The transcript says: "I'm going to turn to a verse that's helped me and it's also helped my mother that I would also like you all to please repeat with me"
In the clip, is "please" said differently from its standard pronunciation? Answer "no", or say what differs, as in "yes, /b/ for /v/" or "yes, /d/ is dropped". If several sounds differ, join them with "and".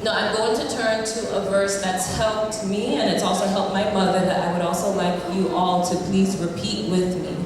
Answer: no